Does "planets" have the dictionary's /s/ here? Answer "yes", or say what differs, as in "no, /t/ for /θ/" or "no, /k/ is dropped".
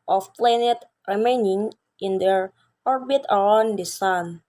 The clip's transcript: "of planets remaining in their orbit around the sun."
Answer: no, /s/ is dropped